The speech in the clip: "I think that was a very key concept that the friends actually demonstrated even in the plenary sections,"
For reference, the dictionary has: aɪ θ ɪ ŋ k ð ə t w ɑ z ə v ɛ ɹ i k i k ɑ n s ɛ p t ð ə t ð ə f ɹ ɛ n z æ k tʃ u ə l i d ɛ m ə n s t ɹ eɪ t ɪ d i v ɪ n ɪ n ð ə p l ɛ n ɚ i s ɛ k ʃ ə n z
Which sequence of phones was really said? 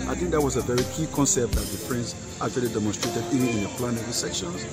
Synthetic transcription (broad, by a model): aɪ θ ɪ ŋ k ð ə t w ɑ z ə v ɛ ɹ i k i k ɑ n s ɛ p t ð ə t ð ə p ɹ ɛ n s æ k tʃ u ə l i d ɛ m ə n s t ɹ eɪ t ɪ d i v ɪ n ɪ n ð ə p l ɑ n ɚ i s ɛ k ʃ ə n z